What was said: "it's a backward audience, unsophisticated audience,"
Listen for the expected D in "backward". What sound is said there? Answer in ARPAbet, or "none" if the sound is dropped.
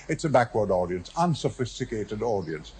D